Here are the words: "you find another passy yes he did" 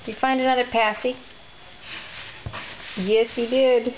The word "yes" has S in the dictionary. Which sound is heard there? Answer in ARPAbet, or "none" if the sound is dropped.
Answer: S